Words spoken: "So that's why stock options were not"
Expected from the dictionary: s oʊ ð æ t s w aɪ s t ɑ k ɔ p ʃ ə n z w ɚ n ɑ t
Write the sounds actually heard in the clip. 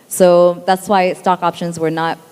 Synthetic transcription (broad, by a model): s oʊ ð æ t s w aɪ s t ɑ k ɔ p ʃ ə n z w ɚ n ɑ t